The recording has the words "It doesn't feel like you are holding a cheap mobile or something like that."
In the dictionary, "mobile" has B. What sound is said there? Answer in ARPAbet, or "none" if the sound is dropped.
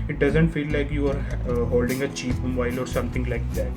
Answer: none